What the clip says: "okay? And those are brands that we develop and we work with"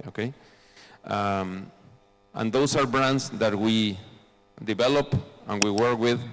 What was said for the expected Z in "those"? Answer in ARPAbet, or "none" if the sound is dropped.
S